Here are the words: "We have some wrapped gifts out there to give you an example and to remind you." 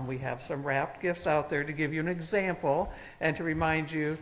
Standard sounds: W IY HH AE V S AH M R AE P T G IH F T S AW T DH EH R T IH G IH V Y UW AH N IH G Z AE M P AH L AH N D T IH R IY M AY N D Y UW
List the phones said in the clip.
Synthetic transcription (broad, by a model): W IY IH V S AH M R AE P T G IH F T S AW T DH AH R T IH G IH V Y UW AH N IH G Z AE M P L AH N T IH R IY M AY N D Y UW